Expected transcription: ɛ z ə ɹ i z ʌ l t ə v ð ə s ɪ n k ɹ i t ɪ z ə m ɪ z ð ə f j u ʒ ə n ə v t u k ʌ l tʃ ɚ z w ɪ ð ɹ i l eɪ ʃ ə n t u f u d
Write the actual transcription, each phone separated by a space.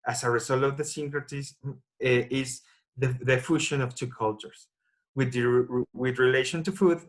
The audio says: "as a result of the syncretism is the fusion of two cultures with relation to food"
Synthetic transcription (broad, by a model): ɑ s ə ɹ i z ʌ l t ə v ð ə s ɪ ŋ k ɹ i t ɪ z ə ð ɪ ð ə f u ʃ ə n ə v t u k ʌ l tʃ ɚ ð w ɪ ð ɹ i l eɪ ʃ ə n t u f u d